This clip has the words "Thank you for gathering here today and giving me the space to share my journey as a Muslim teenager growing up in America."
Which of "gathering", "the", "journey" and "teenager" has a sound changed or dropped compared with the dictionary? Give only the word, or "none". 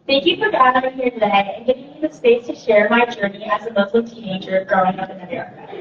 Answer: gathering